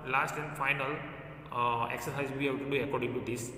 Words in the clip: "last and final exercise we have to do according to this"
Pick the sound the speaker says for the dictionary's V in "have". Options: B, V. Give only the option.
B